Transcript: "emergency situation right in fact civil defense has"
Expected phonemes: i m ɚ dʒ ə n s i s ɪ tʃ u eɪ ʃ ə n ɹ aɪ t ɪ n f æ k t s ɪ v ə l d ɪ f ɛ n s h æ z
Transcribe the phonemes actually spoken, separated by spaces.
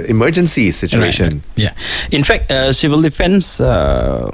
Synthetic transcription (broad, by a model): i m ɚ dʒ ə n s i s ɪ tʃ u eɪ ʃ ə n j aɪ ɪ n f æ k t s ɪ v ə l d ɪ f ɛ n s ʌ